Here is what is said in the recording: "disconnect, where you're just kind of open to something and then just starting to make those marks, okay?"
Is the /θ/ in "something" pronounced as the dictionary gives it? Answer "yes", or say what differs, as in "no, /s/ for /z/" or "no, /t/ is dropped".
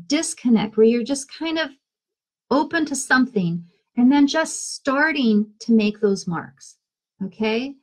yes